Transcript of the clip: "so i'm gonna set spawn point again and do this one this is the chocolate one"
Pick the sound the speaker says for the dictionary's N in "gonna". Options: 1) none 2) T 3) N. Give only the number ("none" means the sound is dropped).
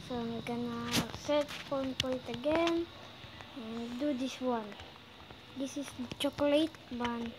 3